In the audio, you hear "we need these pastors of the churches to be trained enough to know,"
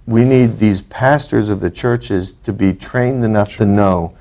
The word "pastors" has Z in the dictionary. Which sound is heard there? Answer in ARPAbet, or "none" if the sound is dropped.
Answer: Z